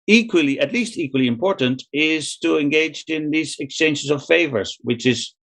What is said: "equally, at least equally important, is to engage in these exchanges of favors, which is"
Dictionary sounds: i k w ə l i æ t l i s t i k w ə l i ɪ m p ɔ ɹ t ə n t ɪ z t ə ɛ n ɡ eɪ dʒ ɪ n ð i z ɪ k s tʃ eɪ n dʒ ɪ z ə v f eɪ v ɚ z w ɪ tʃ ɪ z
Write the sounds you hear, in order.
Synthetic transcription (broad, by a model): i k w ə l i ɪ t l i s t i k w ə l i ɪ m p ɔ ɹ t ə n t ɪ z t ə ɛ n ɡ eɪ dʒ ɪ n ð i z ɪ k s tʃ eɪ n ʃ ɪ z ə v f eɪ v ɚ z w ɪ tʃ ɪ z